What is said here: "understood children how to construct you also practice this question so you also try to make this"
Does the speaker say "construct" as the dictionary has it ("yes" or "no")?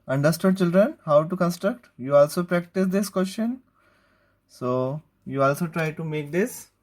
yes